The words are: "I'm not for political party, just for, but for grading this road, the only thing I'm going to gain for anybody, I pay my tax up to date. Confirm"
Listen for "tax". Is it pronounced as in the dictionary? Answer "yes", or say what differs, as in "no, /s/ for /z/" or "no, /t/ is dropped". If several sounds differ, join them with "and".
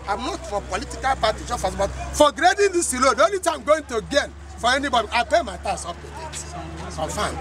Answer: no, /k/ is dropped